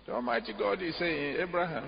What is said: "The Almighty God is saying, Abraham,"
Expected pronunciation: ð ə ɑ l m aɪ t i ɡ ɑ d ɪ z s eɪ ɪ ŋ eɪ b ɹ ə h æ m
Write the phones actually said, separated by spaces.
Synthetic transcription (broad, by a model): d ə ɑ m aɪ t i ɡ ɑ d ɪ s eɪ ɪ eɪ b ɹ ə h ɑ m